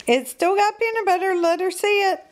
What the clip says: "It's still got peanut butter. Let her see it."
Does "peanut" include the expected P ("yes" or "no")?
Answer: no